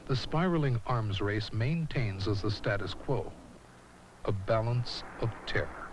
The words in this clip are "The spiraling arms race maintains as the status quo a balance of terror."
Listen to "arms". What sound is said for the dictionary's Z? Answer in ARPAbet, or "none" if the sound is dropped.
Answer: Z